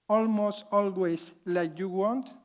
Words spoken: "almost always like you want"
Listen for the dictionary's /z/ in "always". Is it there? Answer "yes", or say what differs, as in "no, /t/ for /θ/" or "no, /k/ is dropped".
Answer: no, /s/ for /z/